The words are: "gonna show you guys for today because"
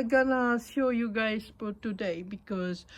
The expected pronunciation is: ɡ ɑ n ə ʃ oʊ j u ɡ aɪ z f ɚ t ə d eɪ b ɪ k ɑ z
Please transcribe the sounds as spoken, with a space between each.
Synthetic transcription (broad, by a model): ɡ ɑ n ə s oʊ j u ɡ aɪ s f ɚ t ə d eɪ b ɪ k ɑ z